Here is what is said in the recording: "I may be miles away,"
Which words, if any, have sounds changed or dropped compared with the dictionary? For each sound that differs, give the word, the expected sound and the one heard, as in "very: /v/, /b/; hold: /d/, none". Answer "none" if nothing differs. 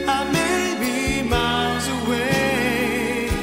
miles: /l/, none